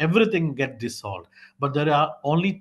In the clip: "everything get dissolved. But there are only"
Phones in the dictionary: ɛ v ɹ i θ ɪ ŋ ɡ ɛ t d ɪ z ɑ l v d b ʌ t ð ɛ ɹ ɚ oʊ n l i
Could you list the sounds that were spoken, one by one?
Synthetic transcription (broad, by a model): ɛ v ɹ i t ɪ ŋ ɡ ɛ t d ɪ s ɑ l d b ʌ t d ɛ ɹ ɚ oʊ n l i